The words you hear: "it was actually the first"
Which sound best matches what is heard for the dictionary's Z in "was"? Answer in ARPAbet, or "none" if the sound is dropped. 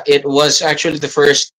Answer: Z